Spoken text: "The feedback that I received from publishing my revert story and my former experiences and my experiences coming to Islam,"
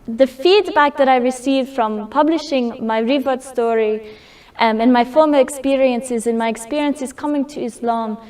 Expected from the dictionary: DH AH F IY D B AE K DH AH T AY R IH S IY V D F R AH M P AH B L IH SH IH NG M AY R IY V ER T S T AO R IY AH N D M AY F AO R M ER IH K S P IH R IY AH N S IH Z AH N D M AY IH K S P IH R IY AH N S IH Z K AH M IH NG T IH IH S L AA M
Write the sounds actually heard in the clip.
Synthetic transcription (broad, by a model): DH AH F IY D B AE K DH AH T AY R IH S IY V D F R AH M P AH B L IH SH IH NG M AY R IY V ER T S T AO R IY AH N M AY F AO R M ER IH K S P IH R IY AH N S IH Z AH N M AY IH K S P IH R IY AH N S IH Z K AH M IH NG T IH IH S L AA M